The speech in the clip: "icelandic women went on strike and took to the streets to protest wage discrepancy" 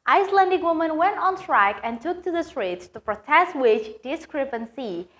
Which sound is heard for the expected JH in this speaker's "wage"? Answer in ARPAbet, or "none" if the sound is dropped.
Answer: CH